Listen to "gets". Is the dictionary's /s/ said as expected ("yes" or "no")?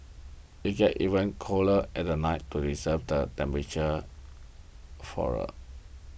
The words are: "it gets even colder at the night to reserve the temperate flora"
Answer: no